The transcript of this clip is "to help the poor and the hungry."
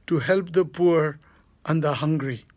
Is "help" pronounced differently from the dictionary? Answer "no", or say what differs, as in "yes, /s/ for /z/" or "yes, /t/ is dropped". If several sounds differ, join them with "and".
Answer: no